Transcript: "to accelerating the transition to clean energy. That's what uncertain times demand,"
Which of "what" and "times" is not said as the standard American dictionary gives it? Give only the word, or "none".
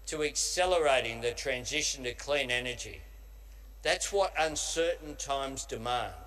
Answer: none